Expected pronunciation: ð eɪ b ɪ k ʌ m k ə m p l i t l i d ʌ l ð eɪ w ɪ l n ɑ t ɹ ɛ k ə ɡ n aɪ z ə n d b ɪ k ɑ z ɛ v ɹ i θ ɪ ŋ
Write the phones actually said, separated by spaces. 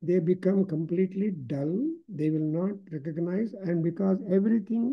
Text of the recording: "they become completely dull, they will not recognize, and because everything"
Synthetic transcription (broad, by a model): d eɪ b ɪ k ʌ m k ə m p l i t l i d ʌ l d eɪ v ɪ l n ɑ t ɹ ɛ k ə ɡ n aɪ z ə n d b ɪ k ɑ z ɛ v ɹ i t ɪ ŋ